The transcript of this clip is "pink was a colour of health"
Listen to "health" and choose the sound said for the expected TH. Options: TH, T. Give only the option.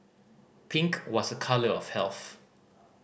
TH